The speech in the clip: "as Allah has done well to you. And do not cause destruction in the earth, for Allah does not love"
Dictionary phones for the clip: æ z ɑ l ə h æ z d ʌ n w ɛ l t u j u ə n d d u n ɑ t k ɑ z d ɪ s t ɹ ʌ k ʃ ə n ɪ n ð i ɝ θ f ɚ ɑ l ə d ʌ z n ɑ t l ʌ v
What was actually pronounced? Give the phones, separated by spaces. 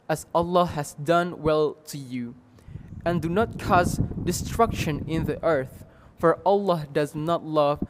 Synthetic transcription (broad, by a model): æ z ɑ l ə h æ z d ʌ n w ɛ l t u j u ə n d d u n ɑ t k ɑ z d ɪ s t ɹ ʌ k ʃ ə n ɪ n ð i ɝ θ f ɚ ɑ l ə d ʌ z n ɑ t l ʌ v